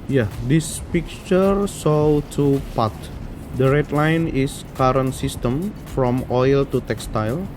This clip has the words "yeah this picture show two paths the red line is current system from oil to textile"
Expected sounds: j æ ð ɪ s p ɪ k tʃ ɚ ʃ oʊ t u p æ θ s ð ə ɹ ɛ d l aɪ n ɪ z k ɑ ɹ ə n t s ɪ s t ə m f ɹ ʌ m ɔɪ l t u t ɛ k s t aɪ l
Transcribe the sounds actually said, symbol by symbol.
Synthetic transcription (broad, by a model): j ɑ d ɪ s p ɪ k tʃ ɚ s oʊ t u p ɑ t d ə ɹ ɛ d l aɪ n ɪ s k ɑ ɹ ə n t s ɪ s t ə m f ɹ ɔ m ɔɪ l t u t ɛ k s t aɪ l